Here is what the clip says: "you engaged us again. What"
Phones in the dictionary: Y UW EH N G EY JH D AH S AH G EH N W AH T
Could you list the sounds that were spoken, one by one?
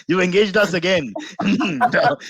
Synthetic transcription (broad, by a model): Y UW EH N G EY JH D AH S AH G EH N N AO